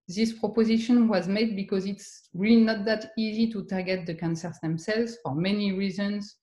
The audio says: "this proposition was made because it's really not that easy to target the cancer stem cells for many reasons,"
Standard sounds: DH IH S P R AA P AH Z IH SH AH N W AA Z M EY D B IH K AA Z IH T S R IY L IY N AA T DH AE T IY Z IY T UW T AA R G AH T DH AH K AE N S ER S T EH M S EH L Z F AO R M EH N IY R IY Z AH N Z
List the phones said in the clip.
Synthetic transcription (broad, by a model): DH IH S P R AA P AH Z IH SH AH N W AA Z M EY D B IH K AA Z IH T S R IY L IY N AA T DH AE T IY Z IY T UW T AA R G AH T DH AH K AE N S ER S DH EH M S EH L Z F AO R M EH N IY R IY Z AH N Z